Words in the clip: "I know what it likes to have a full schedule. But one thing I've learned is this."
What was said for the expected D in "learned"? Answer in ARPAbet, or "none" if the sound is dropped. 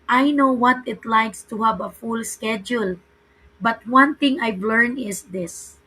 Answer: none